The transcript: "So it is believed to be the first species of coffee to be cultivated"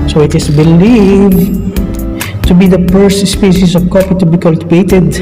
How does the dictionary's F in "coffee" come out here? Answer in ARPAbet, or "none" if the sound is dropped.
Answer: P